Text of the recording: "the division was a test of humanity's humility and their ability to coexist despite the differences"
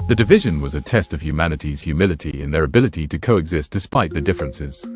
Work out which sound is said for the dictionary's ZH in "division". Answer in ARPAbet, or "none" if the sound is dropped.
ZH